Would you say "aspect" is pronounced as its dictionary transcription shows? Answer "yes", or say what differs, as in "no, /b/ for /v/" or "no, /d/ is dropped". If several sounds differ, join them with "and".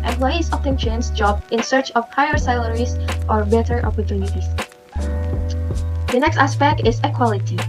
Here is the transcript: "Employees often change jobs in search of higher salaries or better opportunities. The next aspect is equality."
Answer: yes